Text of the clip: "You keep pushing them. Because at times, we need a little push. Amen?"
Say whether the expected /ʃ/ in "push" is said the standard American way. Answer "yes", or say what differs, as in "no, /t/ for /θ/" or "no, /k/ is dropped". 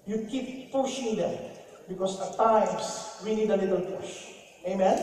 yes